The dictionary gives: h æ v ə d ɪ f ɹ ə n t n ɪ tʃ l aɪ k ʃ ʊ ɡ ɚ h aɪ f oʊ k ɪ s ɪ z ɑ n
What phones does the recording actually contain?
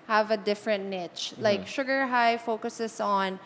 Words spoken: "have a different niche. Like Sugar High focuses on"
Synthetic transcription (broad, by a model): h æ v ə d ɪ f ɹ ə n t n ɪ tʃ l aɪ k ʃ ʊ ɡ ɚ h aɪ f oʊ k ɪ s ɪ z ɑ n